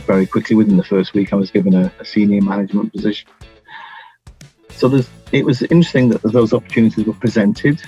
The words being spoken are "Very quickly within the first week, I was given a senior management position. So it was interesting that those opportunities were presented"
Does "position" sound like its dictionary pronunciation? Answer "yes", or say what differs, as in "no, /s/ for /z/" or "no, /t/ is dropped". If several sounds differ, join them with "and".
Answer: yes